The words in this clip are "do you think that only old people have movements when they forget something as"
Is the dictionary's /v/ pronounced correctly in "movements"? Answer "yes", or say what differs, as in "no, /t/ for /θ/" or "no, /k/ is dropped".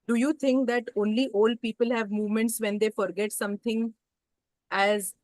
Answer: yes